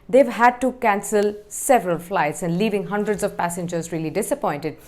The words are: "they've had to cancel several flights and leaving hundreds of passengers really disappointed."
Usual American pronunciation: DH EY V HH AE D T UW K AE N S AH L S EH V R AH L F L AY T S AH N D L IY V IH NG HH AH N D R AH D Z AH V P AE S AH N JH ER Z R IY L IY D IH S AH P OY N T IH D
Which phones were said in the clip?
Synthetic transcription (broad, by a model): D EY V HH AE D T UW K AE N S AH L S EH V R AH L F L AY T S AH N D L IY V IH NG HH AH N D R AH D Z AH V P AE S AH N JH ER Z R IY L IY D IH S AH P OY N T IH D